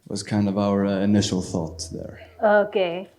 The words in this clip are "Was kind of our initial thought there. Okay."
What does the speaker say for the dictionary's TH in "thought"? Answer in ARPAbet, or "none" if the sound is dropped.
TH